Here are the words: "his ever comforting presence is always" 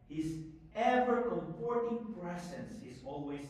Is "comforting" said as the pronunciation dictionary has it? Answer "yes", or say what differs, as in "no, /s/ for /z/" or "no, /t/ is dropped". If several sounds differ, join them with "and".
no, /p/ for /f/